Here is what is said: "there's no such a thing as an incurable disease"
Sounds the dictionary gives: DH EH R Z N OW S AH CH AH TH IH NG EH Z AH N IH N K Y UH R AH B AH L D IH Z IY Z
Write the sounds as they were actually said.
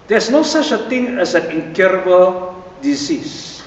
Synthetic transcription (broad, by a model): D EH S N OW S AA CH AH T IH NG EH S AH N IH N K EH R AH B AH L D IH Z IY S